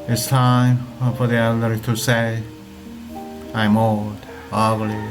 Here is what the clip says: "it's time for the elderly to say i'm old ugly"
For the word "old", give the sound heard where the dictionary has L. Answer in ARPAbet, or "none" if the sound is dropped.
none